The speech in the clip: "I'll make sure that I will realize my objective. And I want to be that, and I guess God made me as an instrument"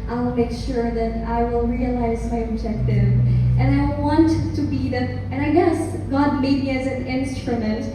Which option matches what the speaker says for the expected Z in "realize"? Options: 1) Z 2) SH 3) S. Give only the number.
1